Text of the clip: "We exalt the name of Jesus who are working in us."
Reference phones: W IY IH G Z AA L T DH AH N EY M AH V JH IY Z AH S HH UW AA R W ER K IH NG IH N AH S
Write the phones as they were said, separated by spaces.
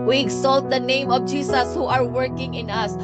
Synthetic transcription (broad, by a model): W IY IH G S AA L T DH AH N EY M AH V JH IY S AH S HH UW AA R W ER K IH NG IH N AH S